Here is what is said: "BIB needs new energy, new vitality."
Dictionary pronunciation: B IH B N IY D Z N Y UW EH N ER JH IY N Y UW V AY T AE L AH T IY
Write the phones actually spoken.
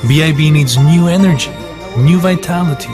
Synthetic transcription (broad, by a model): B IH B N IY D Z N Y UW EH N ER JH IY N Y UW V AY T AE L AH T IY